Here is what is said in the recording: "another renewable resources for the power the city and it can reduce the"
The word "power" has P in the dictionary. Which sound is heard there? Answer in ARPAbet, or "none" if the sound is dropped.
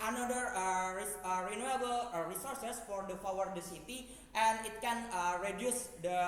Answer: F